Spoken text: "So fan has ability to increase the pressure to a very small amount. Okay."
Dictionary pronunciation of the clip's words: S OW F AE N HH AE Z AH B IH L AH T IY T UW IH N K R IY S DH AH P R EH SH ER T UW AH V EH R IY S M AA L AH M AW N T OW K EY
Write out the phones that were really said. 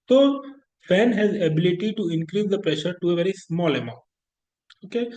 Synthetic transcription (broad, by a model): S OW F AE N HH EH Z AH B IH L AH T IY T UW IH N K R IY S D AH P R EH SH ER T UW AH V EH R IY S M AA L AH M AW OW K EY